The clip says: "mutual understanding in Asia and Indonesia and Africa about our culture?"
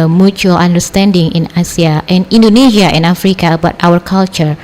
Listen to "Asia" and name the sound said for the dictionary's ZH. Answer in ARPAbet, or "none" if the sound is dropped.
S